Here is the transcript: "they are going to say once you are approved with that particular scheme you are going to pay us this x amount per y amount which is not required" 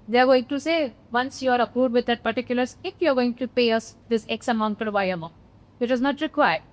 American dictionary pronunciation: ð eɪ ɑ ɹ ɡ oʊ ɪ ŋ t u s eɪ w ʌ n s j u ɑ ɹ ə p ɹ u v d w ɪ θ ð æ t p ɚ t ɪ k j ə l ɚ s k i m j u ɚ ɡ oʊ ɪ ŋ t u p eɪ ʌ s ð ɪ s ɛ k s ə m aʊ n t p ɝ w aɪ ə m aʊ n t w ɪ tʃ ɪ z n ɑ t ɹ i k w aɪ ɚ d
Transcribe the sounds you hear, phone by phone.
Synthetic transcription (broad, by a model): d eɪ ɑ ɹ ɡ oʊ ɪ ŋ t u s eɪ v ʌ n s j u ɑ ɹ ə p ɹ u d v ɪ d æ t p ɚ t ɪ k j ə l ɚ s ɪ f j u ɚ ɡ oʊ ɪ ŋ t u p eɪ ʌ s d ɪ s ɛ k s ə m aʊ n t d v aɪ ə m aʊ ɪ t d ɪ z n ɑ t ɹ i k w aɪ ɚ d